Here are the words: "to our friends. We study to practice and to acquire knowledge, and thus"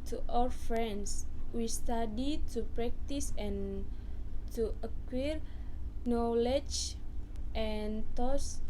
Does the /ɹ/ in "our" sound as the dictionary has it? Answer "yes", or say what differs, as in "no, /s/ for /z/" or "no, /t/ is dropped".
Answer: no, /l/ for /ɹ/